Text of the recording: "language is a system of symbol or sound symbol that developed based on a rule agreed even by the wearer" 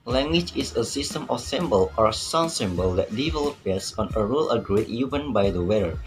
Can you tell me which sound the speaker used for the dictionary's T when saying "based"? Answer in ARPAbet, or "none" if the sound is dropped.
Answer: none